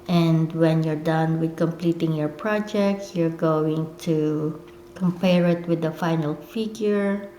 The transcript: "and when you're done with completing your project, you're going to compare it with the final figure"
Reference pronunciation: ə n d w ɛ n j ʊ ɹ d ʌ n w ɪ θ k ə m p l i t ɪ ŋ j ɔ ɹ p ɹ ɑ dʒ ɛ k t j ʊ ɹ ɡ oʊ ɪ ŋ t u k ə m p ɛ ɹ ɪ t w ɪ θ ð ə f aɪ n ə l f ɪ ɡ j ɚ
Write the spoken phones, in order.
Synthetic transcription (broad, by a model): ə n d w ɛ n j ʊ ɹ d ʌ n w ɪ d k ə m p l i t ɪ ŋ j ɔ ɹ p ɹ ɑ dʒ ɛ k t j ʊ ɹ ɡ oʊ ɪ ŋ t u k ə m p ɛ ɹ ɪ t w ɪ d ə f aɪ n ə l f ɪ ɡ j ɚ